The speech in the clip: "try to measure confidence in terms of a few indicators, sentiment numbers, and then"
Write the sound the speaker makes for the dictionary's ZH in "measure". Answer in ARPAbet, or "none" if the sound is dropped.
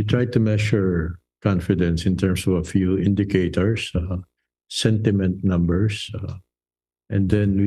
SH